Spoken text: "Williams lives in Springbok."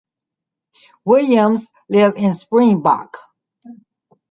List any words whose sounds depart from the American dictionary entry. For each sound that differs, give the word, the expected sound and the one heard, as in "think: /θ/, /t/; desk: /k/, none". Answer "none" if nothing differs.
lives: /z/, none